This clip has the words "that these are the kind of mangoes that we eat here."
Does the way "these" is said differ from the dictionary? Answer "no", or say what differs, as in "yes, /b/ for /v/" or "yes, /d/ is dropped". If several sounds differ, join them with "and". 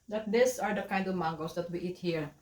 yes, /s/ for /z/